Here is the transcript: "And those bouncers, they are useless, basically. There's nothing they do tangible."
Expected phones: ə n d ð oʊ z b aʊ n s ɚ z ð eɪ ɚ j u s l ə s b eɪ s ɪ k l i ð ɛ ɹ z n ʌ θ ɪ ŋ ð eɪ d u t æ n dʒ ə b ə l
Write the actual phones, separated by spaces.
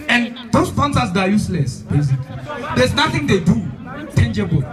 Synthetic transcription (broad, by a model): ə n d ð oʊ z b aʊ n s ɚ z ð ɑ j u s l ə s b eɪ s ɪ k l i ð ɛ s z n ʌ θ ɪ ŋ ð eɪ d u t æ n dʒ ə b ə l